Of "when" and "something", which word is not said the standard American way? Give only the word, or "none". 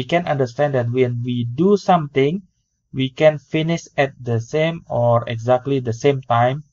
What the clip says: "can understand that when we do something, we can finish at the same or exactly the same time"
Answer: something